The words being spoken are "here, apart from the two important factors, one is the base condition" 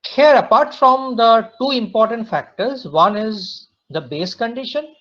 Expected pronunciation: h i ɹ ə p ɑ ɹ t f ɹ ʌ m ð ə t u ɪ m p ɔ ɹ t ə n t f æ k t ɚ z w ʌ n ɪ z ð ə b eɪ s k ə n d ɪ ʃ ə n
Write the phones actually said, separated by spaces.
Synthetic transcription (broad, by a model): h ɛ ɹ ə p ɑ ɹ t f ɹ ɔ m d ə t u ɪ m p ɔ ɹ t ə n t f æ k t ɚ z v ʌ n ɪ z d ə b eɪ s k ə n d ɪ ʃ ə n